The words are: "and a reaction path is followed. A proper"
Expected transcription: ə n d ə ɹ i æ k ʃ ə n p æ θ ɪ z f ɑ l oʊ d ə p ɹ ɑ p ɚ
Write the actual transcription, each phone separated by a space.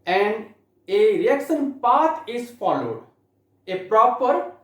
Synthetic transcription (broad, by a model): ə n d ə ɹ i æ k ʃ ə n p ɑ t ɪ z f ɑ l oʊ d ə p ɹ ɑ p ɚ